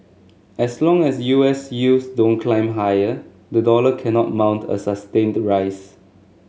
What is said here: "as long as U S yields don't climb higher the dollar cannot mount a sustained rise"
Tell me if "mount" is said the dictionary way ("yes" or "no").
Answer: yes